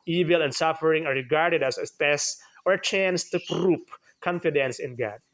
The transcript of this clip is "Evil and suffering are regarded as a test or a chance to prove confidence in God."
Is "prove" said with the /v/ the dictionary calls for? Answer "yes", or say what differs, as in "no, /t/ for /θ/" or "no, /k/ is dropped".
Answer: no, /p/ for /v/